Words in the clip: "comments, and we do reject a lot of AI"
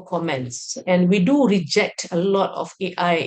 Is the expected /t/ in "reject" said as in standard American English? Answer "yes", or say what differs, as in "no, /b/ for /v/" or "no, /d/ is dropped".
yes